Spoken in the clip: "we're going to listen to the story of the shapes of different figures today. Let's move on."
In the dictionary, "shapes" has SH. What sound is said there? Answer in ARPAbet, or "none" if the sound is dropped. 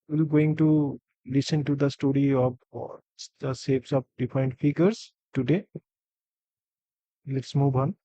S